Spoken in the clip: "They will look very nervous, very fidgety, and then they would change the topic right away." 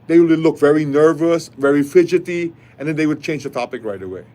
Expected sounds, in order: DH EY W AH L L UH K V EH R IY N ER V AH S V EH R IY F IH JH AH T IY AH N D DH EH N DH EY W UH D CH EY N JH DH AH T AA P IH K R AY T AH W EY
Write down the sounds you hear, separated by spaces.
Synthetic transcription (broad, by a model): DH EY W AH W L UH K V EH R IY N ER V AH S V EH R IY F IH JH AH T IY AH N D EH N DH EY W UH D CH EY N JH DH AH T AA P IH K R AY T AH W EY